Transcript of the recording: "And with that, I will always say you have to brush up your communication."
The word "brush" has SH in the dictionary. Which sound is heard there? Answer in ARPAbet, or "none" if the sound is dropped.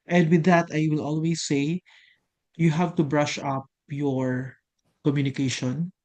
SH